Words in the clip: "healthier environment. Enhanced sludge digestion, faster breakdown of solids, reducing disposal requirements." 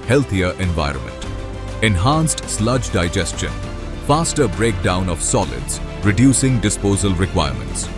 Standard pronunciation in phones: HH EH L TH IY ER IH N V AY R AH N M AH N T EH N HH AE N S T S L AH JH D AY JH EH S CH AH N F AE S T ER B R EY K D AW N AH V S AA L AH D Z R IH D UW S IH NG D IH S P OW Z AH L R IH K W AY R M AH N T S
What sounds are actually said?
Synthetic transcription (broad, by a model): HH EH L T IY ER IH N V AY R AH N M AH N T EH N HH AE N S T S L AH JH D AY JH EH S CH AH N F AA S T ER B R EY K D AW N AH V S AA L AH D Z R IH D UW S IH NG D IH S P OW Z AH L R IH K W AY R M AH N T S